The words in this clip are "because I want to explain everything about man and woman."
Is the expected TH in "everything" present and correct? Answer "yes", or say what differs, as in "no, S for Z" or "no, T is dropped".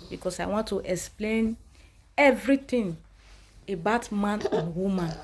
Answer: no, T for TH